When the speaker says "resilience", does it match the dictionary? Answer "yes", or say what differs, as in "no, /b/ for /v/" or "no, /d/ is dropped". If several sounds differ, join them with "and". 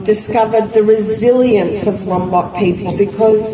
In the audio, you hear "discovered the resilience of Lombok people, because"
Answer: yes